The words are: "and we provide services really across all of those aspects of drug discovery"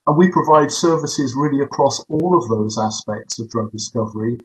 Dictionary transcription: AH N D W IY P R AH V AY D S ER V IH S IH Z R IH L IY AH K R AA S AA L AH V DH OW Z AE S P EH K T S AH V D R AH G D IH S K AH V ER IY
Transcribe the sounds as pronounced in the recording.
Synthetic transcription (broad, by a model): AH N W IY P R AH V AY D S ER V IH S IH Z R IH L IY AH K R AA S AA L AH V DH OW Z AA S P EH K T S AH V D R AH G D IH S K AH V ER IY